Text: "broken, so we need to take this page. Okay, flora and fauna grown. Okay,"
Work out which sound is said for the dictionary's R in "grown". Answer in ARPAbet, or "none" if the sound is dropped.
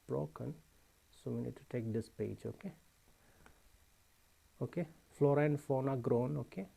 R